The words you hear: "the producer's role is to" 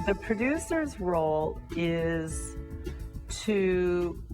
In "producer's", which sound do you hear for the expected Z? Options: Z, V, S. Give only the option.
Z